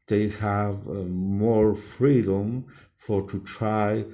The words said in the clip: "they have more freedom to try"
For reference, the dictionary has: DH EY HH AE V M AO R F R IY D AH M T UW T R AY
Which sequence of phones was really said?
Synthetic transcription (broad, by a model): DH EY HH AE V M AO R F R IY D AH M T UW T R AY